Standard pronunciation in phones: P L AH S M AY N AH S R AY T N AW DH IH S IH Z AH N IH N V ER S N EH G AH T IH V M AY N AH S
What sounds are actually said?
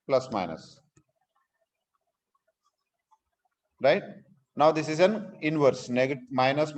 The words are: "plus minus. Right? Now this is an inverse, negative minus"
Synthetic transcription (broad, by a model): P L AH S M AY N AH S R AY T N AW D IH S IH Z AH N IH N V ER S N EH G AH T M AY N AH S